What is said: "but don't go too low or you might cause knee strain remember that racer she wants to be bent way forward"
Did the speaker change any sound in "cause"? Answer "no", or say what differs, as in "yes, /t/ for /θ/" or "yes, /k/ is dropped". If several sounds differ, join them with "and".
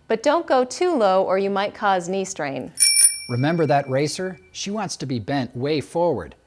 no